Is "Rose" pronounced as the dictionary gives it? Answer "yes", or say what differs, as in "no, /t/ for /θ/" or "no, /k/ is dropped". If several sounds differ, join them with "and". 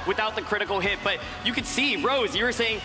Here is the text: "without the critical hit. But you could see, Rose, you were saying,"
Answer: yes